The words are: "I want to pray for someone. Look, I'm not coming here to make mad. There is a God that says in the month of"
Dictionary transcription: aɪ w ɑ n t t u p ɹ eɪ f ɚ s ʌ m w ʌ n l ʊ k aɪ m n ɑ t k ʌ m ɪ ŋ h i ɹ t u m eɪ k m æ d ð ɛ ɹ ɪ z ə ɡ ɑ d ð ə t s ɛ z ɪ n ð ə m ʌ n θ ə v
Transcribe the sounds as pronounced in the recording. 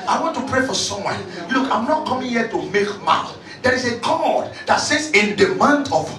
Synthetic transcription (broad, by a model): aɪ w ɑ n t t u p ɹ eɪ f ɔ s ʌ m w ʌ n l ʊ k aɪ m n ɑ t k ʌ m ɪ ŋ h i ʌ t u m eɪ k m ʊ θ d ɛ ɹ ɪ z ə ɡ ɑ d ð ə t s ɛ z ɪ n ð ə m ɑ n t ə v